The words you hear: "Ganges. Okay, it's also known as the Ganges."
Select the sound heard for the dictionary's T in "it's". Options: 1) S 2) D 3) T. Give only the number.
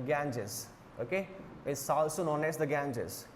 1